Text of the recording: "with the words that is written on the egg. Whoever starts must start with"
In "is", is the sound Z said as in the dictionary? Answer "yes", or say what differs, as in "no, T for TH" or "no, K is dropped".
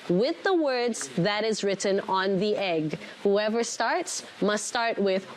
yes